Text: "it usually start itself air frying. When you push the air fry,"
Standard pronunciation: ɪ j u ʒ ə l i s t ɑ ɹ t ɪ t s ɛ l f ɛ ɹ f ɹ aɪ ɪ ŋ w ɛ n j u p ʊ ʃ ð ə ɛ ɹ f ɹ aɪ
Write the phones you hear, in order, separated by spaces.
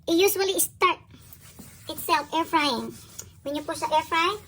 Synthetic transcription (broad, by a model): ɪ j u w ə l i s t ɑ ɹ t ɪ t s ɛ l f ɛ ɹ f ɹ aɪ ɪ ŋ w ɛ n j u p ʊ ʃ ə ɛ ɹ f ɹ aɪ